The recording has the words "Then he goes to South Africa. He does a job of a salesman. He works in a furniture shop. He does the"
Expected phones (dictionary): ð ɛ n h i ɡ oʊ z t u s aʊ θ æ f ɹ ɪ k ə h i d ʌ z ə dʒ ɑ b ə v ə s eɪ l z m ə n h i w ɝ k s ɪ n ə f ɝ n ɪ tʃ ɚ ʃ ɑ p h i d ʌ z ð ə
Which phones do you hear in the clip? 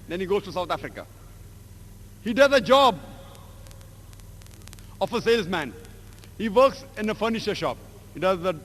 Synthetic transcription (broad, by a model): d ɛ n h i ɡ oʊ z t u s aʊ t æ f ɹ ɪ k ə h i d ʌ z ə dʒ ɑ b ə f ə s eɪ l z m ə n h i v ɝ k s ɪ n ə f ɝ n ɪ ʃ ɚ ʃ ɑ p h i d ʌ z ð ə